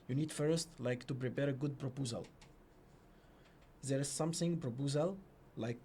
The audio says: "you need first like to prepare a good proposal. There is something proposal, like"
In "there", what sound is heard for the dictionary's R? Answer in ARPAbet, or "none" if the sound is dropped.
R